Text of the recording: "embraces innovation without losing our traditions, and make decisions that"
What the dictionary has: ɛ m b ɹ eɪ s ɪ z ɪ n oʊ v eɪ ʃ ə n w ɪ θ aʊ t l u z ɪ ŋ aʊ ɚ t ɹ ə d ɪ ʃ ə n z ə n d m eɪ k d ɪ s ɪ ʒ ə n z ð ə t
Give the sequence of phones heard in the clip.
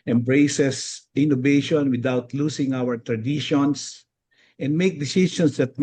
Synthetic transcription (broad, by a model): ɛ m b ɹ eɪ s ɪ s ɪ n oʊ v eɪ ʃ ə n w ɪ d aʊ t l u s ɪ ŋ aʊ ɚ t ɹ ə d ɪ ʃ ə n s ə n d m eɪ k d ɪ s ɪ s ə n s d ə t